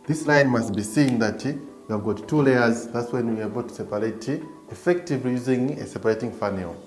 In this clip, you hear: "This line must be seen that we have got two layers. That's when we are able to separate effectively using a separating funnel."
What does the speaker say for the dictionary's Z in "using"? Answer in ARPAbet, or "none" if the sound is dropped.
Z